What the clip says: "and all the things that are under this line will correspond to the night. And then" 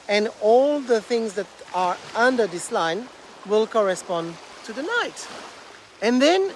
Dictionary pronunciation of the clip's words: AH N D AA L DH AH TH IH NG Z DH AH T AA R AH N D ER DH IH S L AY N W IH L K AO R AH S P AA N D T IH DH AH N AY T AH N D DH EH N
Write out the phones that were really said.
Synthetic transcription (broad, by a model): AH N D AA L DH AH TH IH NG Z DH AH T AA R AH N D ER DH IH S L AY N W IH L K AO R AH S P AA N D T IH DH AH N AY T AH N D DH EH N